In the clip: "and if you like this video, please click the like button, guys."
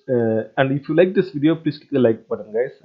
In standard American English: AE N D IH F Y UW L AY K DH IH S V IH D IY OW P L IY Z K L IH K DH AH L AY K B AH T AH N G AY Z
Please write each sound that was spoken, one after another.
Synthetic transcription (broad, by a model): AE N D IH F Y UW L AY K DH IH S V IH D IY OW P L IY S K IH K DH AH L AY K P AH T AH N G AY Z